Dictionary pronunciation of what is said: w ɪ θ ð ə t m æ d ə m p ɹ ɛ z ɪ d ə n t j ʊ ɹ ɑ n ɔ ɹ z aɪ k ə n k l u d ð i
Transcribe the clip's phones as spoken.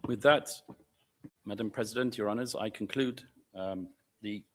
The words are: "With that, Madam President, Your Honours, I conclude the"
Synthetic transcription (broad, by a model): w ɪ ð ə t m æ d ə m p ɹ ɛ z ɪ d ə n t j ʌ ɹ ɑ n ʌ z aɪ k ə n k l u d ð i